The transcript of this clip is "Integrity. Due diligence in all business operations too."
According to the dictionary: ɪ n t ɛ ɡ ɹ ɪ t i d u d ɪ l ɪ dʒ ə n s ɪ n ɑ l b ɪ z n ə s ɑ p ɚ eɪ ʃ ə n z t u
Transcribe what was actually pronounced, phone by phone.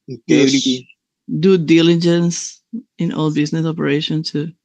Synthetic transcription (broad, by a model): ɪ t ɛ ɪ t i d u d ɪ l ɪ dʒ ə n s ɪ n ɑ l b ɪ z n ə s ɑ p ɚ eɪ ʃ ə n t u